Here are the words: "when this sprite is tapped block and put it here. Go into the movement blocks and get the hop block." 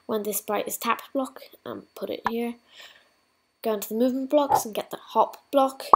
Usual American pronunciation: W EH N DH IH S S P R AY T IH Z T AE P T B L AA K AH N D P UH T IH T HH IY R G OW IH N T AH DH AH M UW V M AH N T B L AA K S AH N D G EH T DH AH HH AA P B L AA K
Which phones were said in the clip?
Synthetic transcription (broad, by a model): W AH N DH IH S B R AY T IH Z T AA P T B L AA K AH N P UH T IH T HH IY R G OW IH N T AH DH AH M UW V M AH N B L AA K S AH N G EH T DH AH HH AA P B L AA K